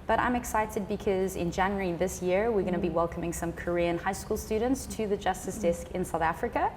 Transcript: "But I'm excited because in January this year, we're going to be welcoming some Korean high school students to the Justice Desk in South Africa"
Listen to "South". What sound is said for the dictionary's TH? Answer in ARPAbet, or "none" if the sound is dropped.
TH